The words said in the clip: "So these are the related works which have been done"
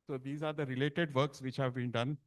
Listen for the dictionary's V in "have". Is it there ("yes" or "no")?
yes